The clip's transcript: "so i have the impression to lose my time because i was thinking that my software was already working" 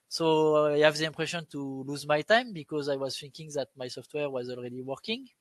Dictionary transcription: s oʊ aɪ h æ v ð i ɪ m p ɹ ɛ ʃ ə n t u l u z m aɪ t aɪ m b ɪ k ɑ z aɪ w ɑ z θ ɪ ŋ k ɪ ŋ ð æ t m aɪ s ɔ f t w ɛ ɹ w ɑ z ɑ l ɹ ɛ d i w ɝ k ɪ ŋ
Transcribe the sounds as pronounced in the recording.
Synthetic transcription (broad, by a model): s oʊ aɪ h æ v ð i ɪ m p ɹ ɛ ʃ ə n t u l u z m aɪ t aɪ m b ɪ k ɑ z aɪ w ɑ z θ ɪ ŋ k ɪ ŋ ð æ t m aɪ s ɔ f t w ɛ ɹ w ɑ z ɑ l ɹ ɛ d i w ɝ k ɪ ŋ